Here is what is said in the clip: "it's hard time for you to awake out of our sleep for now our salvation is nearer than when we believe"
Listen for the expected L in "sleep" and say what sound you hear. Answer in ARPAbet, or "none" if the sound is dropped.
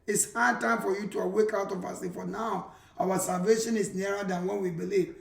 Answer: none